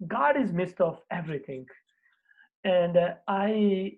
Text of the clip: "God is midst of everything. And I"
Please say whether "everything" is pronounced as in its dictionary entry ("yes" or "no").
no